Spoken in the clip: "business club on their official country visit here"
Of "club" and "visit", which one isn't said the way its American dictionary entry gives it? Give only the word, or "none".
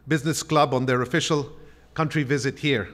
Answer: none